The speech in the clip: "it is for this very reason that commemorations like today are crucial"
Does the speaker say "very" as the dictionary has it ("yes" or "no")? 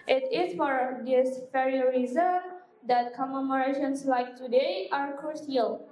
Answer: no